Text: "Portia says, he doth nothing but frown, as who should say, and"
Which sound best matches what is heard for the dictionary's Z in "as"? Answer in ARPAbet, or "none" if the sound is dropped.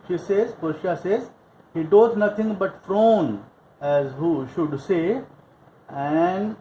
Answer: Z